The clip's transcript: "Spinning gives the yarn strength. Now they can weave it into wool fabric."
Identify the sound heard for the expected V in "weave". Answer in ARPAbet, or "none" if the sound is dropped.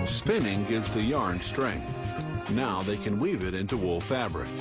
V